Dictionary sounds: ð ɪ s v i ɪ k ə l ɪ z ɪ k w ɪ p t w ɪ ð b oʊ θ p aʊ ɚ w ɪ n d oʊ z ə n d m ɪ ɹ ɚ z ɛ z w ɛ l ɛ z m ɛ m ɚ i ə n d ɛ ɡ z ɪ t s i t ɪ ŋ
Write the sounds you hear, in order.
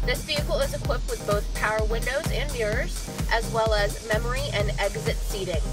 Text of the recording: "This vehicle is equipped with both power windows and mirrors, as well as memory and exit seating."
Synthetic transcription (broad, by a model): ð ɪ s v i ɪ k l ɪ z ɪ k w ɪ p t w ɪ ð b oʊ θ p aʊ ɚ w ɪ n d oʊ z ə n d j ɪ ɹ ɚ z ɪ z w ɛ l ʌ z m ɛ m ɚ i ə n ɛ ɡ z ɪ t s i t ɪ ŋ